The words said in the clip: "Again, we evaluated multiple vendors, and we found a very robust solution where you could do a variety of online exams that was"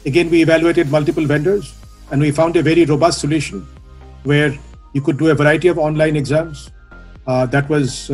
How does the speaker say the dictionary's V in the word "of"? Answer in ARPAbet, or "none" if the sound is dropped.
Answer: V